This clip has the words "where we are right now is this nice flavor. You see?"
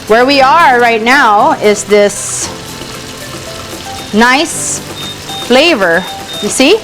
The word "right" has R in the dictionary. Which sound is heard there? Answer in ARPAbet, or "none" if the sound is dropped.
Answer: R